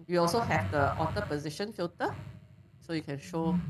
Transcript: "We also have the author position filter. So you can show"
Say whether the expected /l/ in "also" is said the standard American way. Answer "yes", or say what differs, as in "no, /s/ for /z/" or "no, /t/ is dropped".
yes